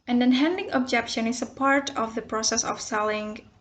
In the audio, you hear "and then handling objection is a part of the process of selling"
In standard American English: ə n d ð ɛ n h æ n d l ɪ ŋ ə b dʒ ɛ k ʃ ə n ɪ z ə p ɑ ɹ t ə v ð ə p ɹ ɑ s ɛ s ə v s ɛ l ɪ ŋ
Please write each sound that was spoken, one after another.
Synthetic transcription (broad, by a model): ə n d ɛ n h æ n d ɪ ŋ ə b dʒ ɛ k ʃ ə n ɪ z ə p ɑ ɹ t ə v ð ə p ɹ ɑ s ɛ s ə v s ɛ l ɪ ŋ